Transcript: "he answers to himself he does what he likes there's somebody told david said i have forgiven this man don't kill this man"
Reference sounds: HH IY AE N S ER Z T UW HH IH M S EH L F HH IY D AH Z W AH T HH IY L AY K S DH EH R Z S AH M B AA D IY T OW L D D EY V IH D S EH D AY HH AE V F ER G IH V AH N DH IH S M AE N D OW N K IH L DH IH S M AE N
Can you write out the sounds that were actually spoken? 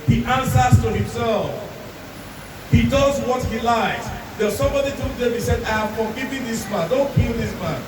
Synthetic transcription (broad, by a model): HH IY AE N S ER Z T UW HH IH M S EH L F HH IY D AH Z W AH T HH IY L AY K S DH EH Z S AH M B AA D IY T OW D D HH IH S EH D AY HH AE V F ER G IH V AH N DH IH S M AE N D OW N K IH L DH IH S M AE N